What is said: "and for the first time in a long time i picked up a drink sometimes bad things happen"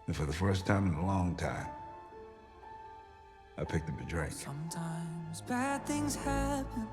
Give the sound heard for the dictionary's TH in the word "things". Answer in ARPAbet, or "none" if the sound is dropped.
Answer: TH